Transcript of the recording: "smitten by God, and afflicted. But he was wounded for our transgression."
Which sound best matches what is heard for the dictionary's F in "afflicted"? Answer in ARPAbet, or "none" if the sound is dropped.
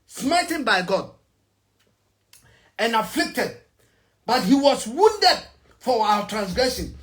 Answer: F